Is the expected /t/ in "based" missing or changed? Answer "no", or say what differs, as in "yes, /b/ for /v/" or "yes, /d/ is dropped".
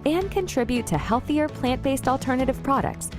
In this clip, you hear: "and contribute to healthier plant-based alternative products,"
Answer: no